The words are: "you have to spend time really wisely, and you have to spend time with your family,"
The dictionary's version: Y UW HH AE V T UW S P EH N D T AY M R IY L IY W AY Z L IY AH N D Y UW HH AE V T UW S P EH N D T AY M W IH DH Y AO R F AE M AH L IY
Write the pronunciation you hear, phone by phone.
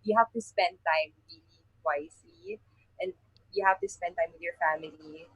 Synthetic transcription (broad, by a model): Y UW HH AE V T UW S P EH N D T AY M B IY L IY W AY S L IY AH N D Y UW HH AE V T UW S P EH N D T AY M W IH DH Y AO R F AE M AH L IY